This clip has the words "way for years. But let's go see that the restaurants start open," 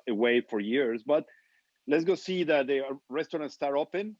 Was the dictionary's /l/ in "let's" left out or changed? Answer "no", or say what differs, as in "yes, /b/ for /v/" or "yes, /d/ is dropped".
no